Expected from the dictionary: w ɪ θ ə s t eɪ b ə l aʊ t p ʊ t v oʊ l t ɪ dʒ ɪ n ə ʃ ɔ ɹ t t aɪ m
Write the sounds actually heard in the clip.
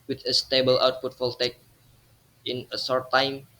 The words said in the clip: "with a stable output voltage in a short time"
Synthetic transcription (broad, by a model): w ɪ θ ə s t eɪ b ə l aʊ t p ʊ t f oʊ l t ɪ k ɪ n ə s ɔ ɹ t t aɪ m